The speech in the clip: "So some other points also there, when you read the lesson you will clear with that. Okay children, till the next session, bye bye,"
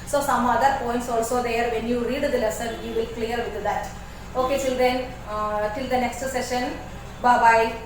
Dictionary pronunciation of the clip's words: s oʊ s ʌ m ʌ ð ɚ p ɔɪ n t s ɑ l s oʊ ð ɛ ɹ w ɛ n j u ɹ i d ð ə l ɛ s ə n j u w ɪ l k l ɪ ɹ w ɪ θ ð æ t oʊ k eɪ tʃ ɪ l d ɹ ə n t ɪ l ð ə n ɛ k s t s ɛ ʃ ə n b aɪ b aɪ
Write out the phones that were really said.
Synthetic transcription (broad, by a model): s oʊ s ʌ m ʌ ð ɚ p ɔɪ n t s ɑ l s oʊ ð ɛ ɹ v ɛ n j u ɹ i d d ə l ɛ s ə n j u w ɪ l k l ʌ ɹ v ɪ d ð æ t oʊ k eɪ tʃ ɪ l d ə n t ɪ l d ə n ɛ k s t s ɛ ʃ ə n b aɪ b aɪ